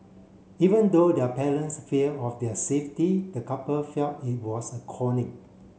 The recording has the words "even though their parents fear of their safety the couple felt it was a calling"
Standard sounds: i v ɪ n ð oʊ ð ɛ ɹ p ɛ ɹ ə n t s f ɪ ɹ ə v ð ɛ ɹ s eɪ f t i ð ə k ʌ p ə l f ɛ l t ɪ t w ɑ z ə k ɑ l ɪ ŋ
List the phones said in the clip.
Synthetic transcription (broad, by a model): i v ɪ n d oʊ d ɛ p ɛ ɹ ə n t s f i l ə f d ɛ s eɪ f t i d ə k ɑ p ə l f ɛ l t ɪ t w ɑ s ə k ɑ n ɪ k